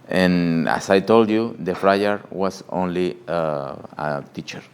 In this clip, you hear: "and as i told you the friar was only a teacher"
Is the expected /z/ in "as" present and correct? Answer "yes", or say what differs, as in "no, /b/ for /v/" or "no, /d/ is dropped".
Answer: no, /s/ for /z/